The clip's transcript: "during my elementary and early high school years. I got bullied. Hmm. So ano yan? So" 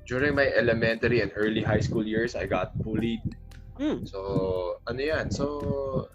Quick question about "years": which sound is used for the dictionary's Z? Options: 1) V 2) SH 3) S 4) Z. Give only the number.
3